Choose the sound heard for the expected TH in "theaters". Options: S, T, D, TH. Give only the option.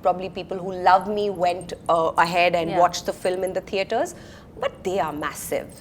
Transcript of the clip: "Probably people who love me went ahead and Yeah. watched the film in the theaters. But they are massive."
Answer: T